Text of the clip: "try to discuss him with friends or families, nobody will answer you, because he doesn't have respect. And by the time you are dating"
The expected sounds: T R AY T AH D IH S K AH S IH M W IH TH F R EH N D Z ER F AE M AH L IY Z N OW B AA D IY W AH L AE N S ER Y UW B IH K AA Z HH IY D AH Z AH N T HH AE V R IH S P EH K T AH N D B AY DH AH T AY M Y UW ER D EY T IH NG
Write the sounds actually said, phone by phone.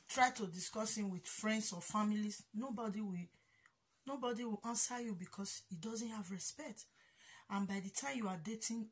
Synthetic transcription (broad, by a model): T R AY T AH D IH S K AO S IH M W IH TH F R EH N D S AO F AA M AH L IY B N OW B AA D IY W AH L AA N S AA Y UW B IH K AA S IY D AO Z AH N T HH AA V R IH S P EH K T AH N B AY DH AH T AY M Y UW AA D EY T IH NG